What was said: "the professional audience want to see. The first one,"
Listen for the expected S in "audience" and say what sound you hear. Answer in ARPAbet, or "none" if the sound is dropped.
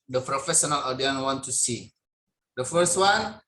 none